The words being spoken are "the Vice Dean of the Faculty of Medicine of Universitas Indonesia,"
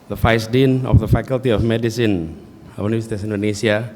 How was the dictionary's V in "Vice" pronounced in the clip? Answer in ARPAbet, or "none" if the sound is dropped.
F